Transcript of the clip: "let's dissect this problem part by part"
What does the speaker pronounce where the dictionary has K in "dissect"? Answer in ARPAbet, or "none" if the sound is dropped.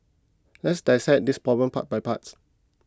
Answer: none